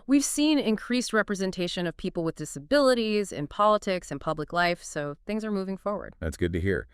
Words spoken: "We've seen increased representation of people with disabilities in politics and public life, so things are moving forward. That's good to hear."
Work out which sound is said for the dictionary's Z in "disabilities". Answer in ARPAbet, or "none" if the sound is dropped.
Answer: Z